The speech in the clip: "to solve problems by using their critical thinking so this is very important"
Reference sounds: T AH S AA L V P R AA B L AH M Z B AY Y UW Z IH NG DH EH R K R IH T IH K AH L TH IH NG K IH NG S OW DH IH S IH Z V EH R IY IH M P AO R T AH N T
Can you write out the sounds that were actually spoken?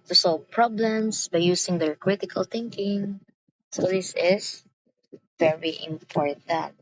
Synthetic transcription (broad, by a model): T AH S AA L V P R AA B L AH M S B AY Y UW S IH NG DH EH R K R IH T IH K AH L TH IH NG K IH NG S OW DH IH S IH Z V EH R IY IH M P AO R T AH N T